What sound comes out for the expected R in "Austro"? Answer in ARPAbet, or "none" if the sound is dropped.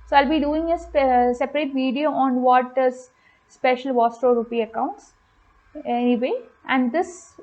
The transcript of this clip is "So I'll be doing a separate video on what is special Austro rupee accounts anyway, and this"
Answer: none